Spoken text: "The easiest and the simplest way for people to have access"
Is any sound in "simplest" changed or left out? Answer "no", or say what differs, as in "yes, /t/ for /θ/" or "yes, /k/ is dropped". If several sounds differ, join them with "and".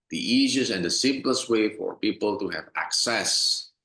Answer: no